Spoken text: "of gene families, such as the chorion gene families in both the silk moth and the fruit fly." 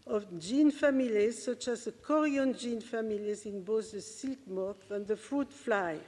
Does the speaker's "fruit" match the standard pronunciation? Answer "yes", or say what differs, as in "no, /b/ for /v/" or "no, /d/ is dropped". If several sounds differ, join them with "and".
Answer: yes